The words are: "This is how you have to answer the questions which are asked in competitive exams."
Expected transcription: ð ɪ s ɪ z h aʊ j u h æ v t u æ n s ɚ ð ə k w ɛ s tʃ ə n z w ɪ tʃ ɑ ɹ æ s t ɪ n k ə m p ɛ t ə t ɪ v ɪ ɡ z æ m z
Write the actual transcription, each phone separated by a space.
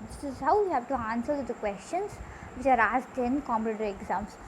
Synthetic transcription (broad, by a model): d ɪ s ɪ z h aʊ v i h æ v t u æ n s ɚ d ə k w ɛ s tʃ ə n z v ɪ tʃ ɑ ɹ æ s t ɪ n k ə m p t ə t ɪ ɪ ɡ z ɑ m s